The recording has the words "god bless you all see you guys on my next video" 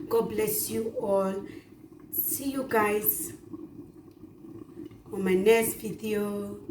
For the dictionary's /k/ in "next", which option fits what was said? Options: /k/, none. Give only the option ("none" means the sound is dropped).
none